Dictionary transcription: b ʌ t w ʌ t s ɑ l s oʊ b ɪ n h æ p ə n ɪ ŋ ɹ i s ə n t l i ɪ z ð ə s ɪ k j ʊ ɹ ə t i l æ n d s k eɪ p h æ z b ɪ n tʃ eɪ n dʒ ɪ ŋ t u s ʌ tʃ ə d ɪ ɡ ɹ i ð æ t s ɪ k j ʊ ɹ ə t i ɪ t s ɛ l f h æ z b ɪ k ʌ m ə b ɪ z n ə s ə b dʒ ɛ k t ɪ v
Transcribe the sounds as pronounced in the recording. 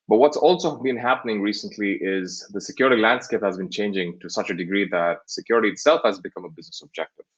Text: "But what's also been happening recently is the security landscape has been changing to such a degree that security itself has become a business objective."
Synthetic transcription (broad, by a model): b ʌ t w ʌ t s ɑ l s oʊ b ɪ n h æ p ə n ɪ ŋ ɹ i s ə n t l i ɪ z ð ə s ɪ k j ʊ ɹ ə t i l æ n d s k eɪ p h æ z b ɪ n tʃ eɪ n dʒ ɪ ŋ t u s ʌ tʃ ə d ɪ ɡ ɹ i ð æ t s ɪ k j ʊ ɹ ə t i ɪ t s ɛ l f h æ z b ɪ k ʌ m ə b ɪ z n ə s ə b dʒ ɛ k t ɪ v